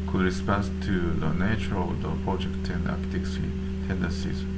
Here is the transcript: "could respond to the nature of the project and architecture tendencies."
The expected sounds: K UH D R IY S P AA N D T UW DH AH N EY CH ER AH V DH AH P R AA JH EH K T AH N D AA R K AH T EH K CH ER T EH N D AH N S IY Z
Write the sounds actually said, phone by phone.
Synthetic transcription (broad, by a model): K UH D R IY S P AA N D T UW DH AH N EY CH ER AH V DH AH P R AA JH EH K T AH N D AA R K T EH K S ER T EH N D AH N S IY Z